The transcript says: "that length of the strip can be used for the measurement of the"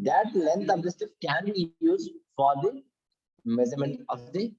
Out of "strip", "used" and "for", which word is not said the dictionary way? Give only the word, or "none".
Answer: strip